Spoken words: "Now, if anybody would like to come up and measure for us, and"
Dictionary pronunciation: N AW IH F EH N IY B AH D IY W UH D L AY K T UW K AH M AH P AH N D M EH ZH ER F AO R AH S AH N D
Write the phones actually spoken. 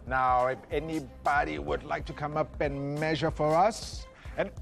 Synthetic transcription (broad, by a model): N AW IH F EH N IY B AH D IY W UH D L AY K T UW K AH M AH P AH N M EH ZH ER F AO R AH S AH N